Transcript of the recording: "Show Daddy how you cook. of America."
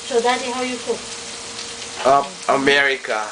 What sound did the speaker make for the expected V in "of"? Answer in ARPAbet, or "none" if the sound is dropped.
P